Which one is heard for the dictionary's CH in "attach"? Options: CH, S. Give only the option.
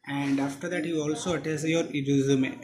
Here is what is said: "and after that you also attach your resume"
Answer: S